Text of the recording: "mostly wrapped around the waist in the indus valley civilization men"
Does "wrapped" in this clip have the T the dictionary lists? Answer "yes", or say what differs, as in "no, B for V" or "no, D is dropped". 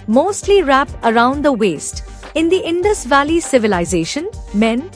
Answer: no, T is dropped